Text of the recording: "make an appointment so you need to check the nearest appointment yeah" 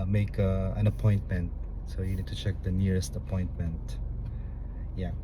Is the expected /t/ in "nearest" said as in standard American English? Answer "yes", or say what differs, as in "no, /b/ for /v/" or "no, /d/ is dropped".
yes